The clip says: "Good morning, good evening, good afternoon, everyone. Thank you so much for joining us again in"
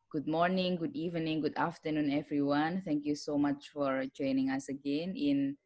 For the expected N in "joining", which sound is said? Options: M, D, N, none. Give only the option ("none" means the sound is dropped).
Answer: N